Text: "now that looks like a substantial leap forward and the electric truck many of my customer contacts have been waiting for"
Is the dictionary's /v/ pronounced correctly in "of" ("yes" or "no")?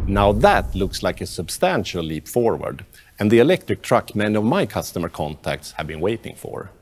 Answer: yes